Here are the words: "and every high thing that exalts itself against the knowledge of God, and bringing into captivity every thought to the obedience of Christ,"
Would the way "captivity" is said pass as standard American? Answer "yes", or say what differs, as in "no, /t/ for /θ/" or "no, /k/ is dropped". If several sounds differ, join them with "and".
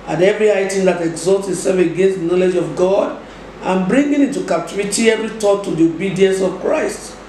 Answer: no, /p/ is dropped